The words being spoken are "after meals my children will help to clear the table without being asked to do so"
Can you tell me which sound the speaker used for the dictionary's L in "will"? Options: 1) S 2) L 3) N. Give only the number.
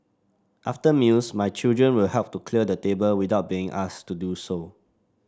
2